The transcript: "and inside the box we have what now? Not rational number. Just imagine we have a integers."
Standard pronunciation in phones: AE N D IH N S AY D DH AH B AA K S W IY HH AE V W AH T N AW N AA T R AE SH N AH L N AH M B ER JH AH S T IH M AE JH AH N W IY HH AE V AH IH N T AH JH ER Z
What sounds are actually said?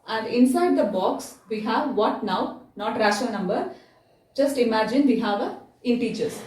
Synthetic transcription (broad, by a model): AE N D IH N S AY D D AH B AA K S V IY HH AE V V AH T N AW N AA T R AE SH AH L N AH M B ER JH AH S T IH M AE JH AH N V IY HH AE V AH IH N T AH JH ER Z